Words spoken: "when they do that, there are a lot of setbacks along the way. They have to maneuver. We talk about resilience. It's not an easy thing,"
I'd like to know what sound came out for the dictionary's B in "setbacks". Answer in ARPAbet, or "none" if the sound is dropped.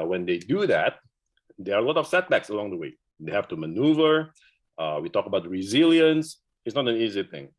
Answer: B